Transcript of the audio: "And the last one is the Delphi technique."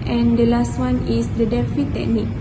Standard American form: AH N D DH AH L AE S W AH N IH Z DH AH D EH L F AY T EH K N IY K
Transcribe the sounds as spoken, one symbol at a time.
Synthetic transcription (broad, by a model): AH N D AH L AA S W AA N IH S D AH D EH F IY T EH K N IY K